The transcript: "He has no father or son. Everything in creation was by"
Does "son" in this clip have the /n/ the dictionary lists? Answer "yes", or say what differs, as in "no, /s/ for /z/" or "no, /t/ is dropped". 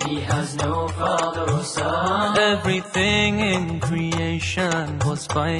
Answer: no, /n/ is dropped